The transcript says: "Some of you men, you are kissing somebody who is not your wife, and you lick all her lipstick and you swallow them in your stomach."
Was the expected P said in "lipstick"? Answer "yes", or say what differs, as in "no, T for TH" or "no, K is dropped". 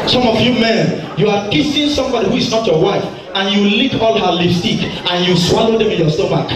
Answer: no, P is dropped